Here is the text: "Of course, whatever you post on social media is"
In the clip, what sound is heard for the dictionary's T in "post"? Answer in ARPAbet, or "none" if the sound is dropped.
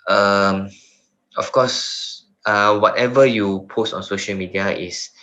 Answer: T